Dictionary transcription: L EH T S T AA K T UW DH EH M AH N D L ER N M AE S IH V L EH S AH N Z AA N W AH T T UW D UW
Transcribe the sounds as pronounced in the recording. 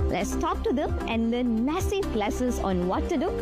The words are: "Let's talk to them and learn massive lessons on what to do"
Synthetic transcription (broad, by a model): L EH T S T AA K T UW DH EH M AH N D L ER N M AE S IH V L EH S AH Z AA N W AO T T UW D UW